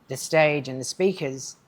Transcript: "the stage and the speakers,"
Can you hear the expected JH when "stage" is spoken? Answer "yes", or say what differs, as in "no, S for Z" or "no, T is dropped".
yes